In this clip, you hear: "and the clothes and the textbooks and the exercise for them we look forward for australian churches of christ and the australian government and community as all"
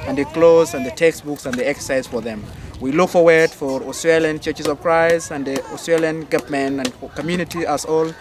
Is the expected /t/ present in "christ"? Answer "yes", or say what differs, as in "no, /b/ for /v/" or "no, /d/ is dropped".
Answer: no, /t/ is dropped